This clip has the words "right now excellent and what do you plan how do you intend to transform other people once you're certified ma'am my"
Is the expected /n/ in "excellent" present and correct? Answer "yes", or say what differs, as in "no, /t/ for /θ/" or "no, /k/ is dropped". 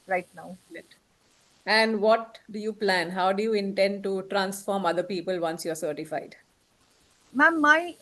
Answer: no, /n/ is dropped